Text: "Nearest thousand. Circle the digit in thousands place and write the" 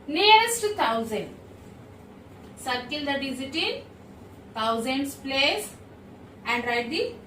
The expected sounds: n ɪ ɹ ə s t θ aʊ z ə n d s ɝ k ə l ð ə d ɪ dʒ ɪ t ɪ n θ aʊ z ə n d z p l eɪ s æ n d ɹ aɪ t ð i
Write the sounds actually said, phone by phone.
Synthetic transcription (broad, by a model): n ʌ ɹ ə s t t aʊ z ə n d s ɝ k ə l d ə d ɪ z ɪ t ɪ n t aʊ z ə n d s p l eɪ s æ n d ɹ aɪ t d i